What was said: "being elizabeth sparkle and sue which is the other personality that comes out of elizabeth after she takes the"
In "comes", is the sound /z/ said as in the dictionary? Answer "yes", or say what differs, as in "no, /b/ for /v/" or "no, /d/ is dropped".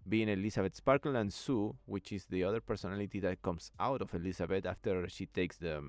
no, /s/ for /z/